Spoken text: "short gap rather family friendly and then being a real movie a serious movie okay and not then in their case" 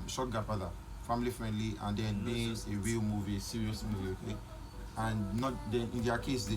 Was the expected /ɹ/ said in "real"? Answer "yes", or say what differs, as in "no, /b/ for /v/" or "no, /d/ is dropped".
no, /w/ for /ɹ/